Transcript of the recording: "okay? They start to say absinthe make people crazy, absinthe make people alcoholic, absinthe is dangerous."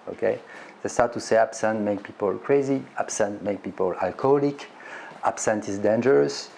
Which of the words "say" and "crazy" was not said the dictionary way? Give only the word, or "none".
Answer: none